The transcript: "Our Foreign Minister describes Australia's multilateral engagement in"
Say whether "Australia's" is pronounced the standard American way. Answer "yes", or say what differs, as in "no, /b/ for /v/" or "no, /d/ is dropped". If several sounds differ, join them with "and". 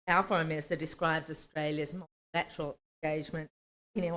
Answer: yes